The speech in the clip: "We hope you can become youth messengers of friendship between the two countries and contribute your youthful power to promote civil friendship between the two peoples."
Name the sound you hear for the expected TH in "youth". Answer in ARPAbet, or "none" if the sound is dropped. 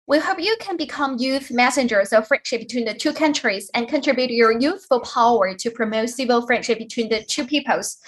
TH